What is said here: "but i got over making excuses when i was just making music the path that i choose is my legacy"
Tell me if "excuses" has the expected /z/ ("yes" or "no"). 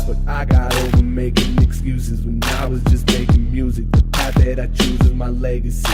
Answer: yes